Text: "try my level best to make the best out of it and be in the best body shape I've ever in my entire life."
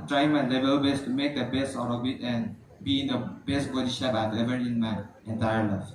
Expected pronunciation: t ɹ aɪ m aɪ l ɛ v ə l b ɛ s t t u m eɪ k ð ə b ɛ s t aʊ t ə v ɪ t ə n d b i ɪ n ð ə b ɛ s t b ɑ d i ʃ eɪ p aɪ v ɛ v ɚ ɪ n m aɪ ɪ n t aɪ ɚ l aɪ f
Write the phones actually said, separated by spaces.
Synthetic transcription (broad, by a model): t ɹ aɪ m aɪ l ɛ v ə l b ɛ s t t u m eɪ k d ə b ɛ s t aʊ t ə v ɪ t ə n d b i ɪ n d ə b ɛ s t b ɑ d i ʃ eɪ b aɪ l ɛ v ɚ ɪ n m aɪ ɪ n t aɪ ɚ l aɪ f